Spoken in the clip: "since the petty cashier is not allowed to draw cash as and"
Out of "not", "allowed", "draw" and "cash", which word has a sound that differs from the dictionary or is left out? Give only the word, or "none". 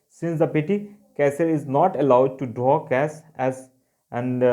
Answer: cash